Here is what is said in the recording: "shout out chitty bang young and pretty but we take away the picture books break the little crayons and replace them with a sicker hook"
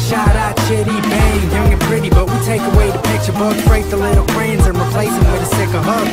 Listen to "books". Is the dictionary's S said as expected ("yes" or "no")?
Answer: no